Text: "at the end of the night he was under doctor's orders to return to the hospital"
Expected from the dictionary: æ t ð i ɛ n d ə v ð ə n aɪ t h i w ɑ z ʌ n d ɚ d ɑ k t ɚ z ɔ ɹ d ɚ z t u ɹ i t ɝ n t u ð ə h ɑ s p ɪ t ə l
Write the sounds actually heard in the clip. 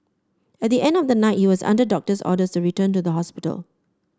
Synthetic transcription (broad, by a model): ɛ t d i ɛ n d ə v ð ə n aɪ t h i w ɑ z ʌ n d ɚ d ɑ k t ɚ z ɔ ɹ d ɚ s t u ɹ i t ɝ n t u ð ə h ɑ s p ɪ t ə l